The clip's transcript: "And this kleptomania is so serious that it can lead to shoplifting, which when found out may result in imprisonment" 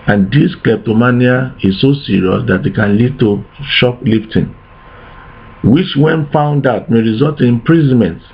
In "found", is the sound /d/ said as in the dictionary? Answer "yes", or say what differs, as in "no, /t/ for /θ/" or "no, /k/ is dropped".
yes